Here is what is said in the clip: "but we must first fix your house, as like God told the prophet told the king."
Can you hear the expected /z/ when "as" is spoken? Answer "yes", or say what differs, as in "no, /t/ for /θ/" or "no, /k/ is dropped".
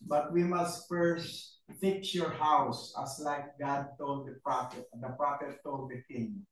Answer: no, /s/ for /z/